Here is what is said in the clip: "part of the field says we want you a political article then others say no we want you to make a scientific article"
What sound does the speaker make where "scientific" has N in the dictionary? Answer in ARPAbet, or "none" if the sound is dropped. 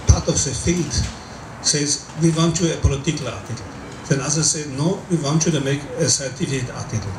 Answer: none